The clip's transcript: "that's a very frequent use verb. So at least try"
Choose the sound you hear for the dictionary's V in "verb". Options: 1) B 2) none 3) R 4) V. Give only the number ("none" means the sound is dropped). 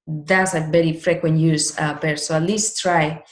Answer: 1